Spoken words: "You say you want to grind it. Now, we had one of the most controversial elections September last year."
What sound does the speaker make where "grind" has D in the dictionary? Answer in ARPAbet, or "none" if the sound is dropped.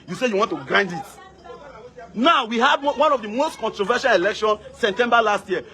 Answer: D